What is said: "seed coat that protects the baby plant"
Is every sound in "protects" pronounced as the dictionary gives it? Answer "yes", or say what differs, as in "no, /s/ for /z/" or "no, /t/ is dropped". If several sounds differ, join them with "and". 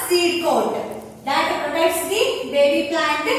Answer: no, /k/ is dropped